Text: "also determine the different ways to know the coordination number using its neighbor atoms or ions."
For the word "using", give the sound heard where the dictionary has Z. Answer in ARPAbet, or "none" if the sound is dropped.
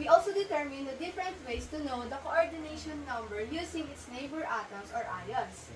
S